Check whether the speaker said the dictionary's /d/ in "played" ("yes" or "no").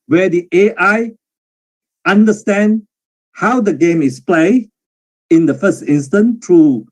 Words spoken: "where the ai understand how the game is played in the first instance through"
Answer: no